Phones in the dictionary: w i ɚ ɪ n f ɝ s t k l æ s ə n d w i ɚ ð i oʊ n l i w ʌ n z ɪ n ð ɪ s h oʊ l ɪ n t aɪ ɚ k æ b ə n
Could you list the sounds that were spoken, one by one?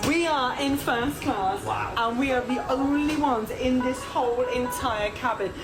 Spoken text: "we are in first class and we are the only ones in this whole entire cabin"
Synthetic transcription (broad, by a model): w i ɚ ɪ n f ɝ s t k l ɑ s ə n w i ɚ ð i oʊ n l i w ʌ n z ɪ n ð ɪ s h oʊ l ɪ n t aɪ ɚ k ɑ b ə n